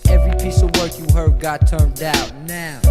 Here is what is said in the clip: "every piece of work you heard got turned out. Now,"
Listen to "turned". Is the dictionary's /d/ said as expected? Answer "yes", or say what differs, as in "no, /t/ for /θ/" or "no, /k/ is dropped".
yes